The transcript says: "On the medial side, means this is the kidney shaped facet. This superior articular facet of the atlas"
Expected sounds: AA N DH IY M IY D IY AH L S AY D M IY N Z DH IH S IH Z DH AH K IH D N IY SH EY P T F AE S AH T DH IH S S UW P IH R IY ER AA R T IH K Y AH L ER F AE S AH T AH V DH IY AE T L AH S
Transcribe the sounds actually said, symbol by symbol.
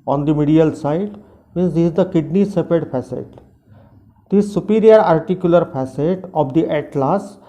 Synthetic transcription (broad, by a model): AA N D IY M IY D IY AH L S AY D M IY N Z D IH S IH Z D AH K IH D N IY S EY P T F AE S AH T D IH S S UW P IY R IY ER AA R T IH K Y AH L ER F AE S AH T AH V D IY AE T L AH S